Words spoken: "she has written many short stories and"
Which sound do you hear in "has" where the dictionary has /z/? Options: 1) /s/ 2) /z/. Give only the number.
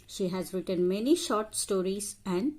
2